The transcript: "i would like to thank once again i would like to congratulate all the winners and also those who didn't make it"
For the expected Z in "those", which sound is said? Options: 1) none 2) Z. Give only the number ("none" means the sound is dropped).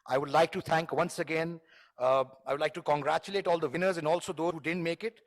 1